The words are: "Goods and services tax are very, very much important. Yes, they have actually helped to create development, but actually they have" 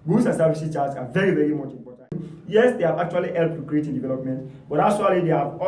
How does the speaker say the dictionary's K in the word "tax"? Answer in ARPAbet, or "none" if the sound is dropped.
none